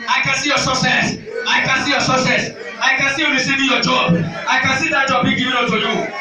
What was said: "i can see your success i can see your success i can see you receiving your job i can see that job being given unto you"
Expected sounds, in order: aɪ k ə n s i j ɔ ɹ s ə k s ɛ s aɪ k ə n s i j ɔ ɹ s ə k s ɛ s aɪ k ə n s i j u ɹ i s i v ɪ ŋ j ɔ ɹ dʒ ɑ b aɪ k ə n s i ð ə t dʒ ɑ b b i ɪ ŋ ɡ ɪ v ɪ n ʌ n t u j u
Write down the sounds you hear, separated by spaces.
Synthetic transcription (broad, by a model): aɪ k ə n s i j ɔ s ə k s ɛ s aɪ k ə n s i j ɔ s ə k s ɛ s aɪ k ə n s i j u ɹ i s i v ɪ ŋ j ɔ dʒ ɑ b aɪ k ə n s i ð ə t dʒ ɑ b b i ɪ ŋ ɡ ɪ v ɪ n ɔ t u j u